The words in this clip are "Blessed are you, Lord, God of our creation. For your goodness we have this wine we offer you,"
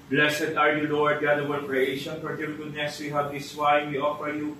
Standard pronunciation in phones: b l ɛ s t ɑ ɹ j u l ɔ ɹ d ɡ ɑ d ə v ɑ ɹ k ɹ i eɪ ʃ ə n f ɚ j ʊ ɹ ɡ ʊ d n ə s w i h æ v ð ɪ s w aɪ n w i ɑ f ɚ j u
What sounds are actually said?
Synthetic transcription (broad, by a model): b l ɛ s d ɑ ɹ j u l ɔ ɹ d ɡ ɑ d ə w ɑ l k ɹ i eɪ ʃ ə n p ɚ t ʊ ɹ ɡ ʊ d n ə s w i h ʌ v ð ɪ s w aɪ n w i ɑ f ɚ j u